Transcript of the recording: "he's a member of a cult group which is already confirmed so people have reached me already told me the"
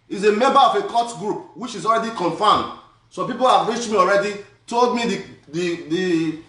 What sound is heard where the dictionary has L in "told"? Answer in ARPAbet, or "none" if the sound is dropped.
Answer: L